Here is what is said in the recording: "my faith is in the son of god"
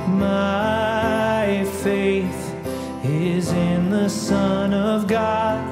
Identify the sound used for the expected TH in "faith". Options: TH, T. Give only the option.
TH